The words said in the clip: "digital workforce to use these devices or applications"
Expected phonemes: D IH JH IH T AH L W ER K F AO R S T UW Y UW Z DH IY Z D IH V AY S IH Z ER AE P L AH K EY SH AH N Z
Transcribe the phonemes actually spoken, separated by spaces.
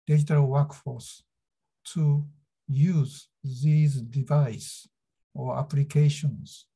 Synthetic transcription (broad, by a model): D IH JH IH T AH L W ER K F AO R S T UW Y UW Z DH IY Z D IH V AY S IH AA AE P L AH K EY SH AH N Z